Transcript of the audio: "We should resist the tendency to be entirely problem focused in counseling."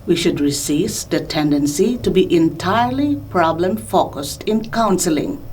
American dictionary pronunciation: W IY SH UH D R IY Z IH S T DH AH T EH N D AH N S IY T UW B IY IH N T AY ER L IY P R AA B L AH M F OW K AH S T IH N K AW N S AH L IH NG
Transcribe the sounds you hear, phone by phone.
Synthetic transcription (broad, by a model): W IY SH UH D R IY S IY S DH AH T EH N D AH N S IY T UW B IY IH N T AY ER L IY P R AA B L AH M F OW K AH S T IH N K AW N S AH L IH NG